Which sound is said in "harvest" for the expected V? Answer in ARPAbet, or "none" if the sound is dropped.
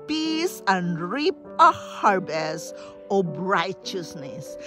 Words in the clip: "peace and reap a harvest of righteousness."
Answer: B